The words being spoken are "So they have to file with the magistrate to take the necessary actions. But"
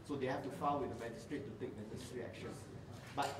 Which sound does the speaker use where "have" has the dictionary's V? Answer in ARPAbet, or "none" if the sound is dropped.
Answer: F